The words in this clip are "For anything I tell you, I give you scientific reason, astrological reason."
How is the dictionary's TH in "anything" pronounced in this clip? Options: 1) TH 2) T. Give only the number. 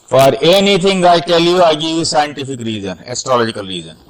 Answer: 2